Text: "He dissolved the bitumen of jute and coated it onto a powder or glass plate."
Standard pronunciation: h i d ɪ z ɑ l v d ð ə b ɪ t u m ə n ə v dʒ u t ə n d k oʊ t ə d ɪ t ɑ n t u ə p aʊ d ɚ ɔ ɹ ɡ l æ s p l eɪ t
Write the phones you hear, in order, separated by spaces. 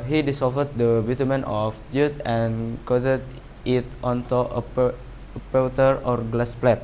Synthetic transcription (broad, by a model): h i d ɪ s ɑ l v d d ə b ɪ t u m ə n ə f dʒ u t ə n k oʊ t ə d ɪ t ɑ n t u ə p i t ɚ ɔ ɹ ɡ l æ s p l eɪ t